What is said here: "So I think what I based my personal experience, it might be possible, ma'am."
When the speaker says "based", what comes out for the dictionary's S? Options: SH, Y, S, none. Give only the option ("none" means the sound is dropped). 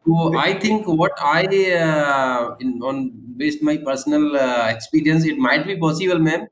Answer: S